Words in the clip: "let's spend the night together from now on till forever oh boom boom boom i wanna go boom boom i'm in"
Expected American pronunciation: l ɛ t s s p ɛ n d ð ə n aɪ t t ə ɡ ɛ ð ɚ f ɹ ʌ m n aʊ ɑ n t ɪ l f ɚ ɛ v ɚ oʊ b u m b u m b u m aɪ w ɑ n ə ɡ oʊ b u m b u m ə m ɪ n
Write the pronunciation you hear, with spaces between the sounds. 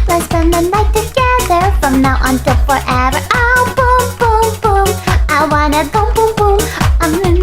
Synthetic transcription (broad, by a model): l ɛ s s ɛ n ð ə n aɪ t t ə ɡ ɛ ð ɚ f ɹ ʌ m n aʊ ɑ n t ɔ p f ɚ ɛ v ɚ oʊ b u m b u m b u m aɪ w ɑ n ə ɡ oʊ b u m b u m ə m